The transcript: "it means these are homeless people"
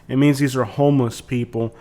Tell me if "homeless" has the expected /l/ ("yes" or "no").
yes